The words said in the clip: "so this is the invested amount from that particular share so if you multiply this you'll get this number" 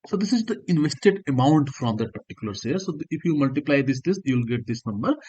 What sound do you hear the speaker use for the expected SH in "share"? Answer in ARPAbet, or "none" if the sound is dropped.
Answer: S